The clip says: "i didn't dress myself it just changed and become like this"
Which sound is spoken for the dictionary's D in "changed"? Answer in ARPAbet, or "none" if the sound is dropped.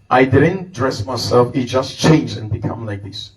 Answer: none